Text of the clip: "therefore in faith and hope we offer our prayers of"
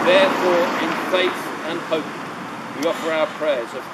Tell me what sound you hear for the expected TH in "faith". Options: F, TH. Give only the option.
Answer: TH